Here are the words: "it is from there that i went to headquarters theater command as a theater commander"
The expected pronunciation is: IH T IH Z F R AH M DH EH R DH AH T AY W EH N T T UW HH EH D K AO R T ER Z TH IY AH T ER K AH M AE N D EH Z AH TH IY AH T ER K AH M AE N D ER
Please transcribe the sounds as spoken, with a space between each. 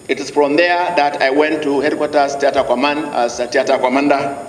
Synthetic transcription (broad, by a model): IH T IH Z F R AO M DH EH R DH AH T AY W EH N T T UW HH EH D K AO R T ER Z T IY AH T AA K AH M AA N AA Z AH T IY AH T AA K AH M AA N D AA